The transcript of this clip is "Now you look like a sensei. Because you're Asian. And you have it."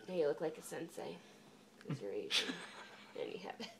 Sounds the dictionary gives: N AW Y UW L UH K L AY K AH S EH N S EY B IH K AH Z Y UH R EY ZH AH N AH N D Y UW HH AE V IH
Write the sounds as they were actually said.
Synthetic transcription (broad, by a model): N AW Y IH L UH K L AY K AH S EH N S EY IH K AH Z Y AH R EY Z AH AH N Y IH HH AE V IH